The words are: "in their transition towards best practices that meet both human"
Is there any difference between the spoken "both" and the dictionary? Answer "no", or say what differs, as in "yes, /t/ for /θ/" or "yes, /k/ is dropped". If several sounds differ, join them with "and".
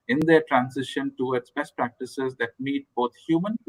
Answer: yes, /t/ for /θ/